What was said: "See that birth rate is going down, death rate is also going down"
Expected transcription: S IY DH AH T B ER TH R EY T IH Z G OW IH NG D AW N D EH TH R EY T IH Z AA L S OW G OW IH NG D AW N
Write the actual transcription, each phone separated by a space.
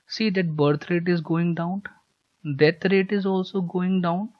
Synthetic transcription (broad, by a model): S IY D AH T B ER T R EY T IH Z G OW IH NG D AW N D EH T R EY T IH Z AA L S OW G OW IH NG D AW N